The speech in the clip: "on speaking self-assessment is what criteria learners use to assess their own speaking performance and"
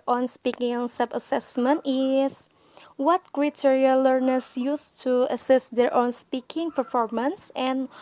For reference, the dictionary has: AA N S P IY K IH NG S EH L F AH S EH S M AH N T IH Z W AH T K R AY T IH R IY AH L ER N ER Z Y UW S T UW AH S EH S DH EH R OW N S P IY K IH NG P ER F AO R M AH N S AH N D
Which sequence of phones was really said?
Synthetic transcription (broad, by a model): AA N S P IY K IH NG S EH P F AH S EH S M AH N T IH S W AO T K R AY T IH R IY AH L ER N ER S Y UW S T UW AH S EH S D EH R OW N S P IY K IH NG P ER F AO R M AH N S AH N